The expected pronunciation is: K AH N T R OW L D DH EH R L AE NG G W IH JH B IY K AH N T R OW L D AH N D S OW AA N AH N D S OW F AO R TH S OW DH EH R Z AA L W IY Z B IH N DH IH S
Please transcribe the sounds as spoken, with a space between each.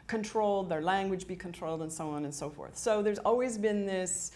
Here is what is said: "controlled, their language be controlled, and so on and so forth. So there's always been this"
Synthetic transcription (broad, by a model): K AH N T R OW L D DH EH R L AE NG G W IH JH B IY K AH N T R OW L D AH N S OW AA N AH N S OW F AO R TH S OW DH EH R Z AA L W IY Z B IH N DH IH S